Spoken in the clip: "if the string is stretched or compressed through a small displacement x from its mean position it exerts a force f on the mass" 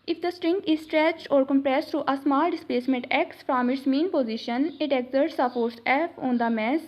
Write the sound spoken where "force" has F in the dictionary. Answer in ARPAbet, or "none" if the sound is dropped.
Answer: P